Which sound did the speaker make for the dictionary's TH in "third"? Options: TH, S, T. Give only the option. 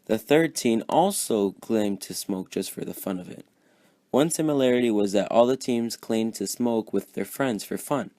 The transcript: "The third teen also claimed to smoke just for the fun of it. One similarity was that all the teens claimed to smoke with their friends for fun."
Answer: TH